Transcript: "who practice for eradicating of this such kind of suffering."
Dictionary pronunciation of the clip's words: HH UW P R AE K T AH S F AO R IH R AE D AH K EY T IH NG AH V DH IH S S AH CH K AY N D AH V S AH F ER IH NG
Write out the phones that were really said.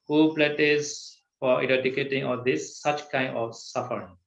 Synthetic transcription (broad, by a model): HH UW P L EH T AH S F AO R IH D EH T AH K EY T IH NG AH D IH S S AH CH K AY N D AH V S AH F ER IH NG